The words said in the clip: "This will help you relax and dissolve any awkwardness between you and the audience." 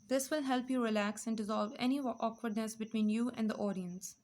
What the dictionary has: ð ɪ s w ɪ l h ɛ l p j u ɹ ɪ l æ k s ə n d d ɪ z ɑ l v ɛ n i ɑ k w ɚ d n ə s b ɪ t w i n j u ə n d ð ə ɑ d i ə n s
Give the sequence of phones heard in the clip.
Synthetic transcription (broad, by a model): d ɪ s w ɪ l h ɛ l p j u ɹ ɪ l æ k s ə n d d ɪ z ɑ l v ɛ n i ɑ k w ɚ d n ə s b ɪ t w i n j u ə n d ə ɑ d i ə n s